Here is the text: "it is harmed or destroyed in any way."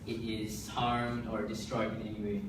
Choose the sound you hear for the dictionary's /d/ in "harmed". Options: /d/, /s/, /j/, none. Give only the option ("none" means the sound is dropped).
/d/